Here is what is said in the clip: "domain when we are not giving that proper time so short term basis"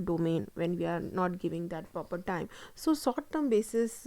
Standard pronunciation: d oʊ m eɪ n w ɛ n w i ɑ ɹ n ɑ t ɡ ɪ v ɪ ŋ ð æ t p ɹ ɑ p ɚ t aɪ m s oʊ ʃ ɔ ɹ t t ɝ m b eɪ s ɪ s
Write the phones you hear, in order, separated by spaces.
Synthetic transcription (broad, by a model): d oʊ m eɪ n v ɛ n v i ɑ ɹ n ɑ t ɡ ɪ v ɪ ŋ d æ t p ɹ ɑ p ɚ t aɪ m s oʊ s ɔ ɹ t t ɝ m b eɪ s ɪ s